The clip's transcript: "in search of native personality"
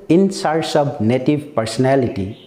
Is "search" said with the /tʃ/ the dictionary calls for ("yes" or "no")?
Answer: no